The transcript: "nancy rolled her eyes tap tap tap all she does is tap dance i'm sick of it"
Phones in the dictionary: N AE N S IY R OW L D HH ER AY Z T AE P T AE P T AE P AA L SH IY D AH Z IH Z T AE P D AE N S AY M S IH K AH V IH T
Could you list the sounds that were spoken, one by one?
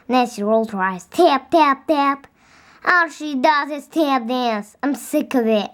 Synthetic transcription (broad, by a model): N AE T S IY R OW L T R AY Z T AE P T AE P T AE P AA SH IY D AH Z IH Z T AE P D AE N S AY M S IH K AH V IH T